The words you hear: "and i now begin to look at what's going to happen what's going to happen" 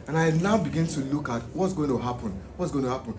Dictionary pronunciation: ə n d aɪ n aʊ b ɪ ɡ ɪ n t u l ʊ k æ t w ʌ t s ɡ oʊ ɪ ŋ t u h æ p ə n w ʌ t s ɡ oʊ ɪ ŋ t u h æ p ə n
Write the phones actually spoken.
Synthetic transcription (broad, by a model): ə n aɪ l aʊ b ɪ ɡ ɪ n t u l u k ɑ t w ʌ t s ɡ oʊ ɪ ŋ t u h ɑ p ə n w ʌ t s ɡ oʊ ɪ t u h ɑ p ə n